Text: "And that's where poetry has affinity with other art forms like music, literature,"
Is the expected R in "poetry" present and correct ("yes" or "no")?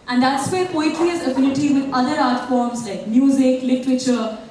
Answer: no